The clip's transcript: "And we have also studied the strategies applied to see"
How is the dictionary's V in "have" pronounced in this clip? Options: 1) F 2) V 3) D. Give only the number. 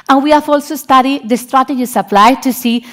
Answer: 1